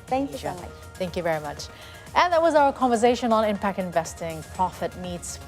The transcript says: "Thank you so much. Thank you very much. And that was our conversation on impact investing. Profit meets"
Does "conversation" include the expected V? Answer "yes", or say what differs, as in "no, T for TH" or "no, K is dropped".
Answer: yes